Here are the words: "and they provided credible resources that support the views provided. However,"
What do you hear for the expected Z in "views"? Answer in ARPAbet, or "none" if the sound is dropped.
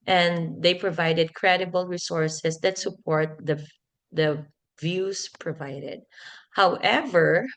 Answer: S